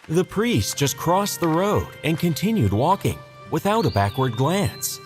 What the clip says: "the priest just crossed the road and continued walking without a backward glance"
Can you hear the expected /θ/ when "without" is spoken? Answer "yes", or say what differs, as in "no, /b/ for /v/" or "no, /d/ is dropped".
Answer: yes